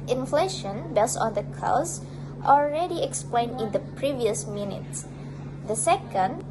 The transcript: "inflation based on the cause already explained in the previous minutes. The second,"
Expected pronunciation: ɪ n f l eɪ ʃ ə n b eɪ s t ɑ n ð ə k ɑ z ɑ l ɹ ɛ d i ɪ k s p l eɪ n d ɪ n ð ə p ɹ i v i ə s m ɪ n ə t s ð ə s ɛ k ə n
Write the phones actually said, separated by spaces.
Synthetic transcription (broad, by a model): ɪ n f l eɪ ʃ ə n b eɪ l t ɑ n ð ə k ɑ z ɑ l ɹ ɛ d i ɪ k s p l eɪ n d ɪ n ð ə p ɹ i v i ə s m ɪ n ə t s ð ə s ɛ k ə n